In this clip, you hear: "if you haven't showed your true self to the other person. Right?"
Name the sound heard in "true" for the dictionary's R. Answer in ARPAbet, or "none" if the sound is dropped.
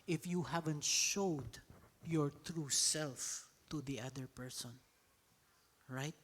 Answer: R